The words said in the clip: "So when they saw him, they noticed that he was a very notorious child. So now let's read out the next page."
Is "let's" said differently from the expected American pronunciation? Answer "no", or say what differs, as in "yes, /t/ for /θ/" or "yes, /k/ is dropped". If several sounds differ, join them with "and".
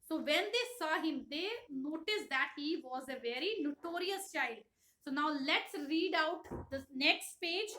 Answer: no